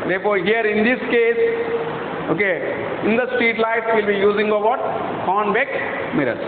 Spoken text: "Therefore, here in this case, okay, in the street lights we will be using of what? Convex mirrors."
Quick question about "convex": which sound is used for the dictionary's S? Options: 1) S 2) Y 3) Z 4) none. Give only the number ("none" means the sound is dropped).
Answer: 4